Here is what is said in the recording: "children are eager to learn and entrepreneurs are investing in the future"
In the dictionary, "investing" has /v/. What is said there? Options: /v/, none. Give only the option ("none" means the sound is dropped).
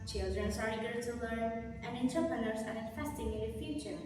none